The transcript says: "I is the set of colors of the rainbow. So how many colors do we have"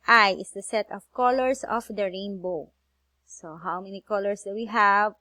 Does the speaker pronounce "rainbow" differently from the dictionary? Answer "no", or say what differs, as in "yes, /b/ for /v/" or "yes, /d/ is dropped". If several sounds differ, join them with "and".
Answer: no